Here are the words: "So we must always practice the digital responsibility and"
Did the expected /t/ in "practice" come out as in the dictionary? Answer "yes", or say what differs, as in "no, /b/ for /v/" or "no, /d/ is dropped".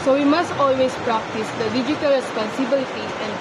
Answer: yes